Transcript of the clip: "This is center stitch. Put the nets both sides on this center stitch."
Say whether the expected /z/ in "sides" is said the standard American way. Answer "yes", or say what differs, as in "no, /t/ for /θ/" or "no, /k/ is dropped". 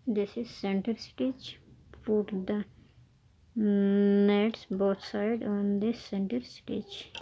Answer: no, /z/ is dropped